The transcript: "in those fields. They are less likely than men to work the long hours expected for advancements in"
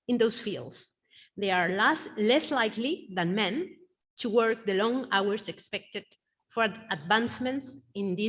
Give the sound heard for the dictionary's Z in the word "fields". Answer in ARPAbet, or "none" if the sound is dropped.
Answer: S